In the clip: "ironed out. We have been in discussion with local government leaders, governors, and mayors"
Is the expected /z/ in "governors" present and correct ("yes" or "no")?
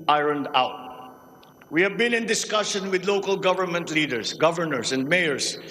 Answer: no